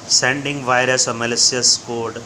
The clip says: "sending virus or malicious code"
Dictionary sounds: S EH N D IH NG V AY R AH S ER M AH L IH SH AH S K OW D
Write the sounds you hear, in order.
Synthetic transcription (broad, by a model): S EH N D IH NG V AY R AH S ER M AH L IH S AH S K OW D